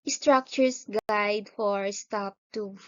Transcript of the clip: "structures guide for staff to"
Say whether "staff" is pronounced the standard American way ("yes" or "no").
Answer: no